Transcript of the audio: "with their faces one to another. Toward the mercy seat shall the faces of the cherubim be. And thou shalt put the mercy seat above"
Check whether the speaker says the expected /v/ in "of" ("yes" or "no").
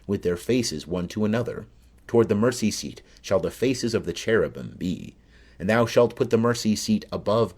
yes